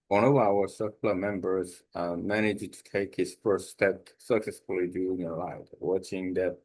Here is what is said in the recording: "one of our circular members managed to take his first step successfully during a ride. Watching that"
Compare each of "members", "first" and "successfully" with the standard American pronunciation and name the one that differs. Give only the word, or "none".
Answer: none